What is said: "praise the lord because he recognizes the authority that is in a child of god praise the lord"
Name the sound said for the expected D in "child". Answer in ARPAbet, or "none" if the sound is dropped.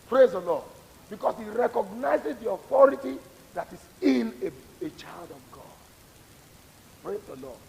D